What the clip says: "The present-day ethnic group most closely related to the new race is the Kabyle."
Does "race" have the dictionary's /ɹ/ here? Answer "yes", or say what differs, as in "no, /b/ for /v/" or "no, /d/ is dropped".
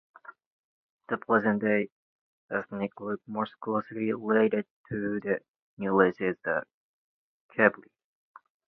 no, /l/ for /ɹ/